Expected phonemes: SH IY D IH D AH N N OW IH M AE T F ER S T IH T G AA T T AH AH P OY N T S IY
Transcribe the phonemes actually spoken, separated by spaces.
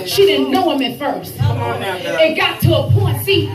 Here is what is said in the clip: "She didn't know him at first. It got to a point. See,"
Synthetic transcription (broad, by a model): SH IY D IH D N N OW IH M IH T F ER S T IH T G AA T T AH AH P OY N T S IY